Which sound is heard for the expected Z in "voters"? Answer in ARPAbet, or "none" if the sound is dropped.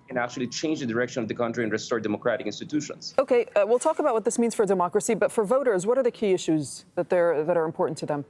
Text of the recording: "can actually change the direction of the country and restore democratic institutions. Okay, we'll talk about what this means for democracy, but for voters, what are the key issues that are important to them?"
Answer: Z